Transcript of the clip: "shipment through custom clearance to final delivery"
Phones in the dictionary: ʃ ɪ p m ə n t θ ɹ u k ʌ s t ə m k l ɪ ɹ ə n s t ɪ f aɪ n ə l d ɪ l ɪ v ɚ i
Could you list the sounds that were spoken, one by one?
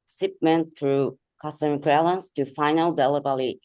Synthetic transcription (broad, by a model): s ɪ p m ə n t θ ɹ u k ʌ s t ə m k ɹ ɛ l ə n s t ɪ f aɪ n ə l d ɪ l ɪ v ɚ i